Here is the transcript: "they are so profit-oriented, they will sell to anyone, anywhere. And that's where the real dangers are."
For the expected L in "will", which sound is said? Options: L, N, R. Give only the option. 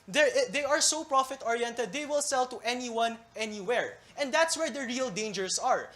L